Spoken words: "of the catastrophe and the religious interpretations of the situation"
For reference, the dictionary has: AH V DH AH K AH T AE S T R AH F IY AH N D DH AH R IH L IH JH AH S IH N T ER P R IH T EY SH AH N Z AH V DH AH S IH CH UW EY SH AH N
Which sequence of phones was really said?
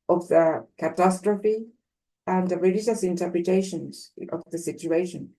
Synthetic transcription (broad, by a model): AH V DH AH K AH T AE S T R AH F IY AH N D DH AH R IH L IH JH AH S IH N T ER P R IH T EY SH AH N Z AH V DH AH S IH CH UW EY SH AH N